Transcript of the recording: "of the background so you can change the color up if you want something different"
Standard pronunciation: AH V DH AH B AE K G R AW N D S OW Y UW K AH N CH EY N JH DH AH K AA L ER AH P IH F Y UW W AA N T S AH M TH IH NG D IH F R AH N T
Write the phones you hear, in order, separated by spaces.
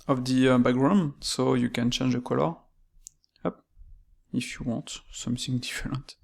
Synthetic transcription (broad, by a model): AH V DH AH B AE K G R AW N S OW Y UW K AH N CH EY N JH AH K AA L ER AH P IH F Y UW W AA T S AH M TH IH NG D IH F R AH N T